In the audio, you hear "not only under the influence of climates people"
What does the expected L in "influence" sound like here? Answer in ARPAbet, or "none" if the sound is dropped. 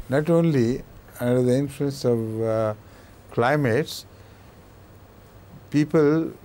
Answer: L